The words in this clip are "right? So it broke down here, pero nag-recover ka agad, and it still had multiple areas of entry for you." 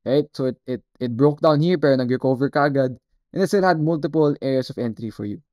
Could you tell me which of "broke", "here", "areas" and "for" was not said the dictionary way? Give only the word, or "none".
areas